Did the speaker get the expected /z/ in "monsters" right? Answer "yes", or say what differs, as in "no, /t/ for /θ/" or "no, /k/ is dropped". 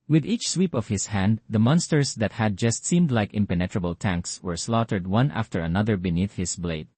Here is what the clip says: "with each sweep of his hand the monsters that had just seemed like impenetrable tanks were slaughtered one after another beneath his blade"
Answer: no, /s/ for /z/